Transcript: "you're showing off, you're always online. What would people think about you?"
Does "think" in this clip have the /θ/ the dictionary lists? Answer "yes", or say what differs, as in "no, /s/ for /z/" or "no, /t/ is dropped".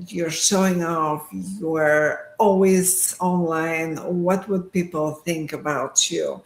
yes